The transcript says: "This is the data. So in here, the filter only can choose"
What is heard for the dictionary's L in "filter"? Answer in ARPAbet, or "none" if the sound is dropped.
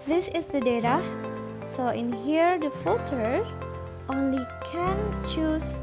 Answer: none